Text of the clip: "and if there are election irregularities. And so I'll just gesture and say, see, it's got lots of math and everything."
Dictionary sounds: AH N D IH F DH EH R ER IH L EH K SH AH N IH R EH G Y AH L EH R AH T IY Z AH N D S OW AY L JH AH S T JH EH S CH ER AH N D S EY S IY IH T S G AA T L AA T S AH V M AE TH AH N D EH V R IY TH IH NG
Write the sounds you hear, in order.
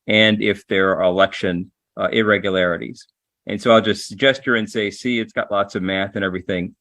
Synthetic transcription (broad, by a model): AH N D IH F DH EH R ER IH L EH K SH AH N IH R EH G Y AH L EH R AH T IY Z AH N S OW AY L JH AH S T JH EH S CH ER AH N S EY S IY IH T S G AA T L AA T S AH V M AE TH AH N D EH V R IY TH IH NG